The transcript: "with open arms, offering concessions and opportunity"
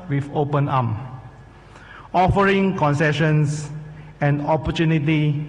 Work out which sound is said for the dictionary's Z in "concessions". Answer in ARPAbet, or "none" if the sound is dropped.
S